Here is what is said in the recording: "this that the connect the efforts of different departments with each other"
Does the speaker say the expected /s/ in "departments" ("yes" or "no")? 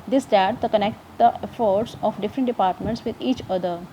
yes